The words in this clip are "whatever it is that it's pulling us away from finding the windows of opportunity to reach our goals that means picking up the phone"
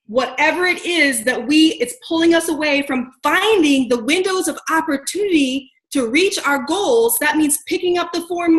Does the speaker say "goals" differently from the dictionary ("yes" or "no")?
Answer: no